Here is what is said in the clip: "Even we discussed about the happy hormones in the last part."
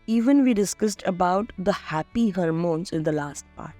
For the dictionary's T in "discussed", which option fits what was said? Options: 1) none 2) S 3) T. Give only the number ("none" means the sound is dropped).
3